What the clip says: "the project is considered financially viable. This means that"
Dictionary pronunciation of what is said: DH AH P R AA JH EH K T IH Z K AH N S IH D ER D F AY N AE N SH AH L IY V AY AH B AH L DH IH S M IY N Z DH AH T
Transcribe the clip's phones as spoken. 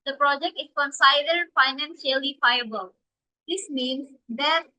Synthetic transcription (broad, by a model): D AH P R AA JH EH K T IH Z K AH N S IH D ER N F AY N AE N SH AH L IY F AY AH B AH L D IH S M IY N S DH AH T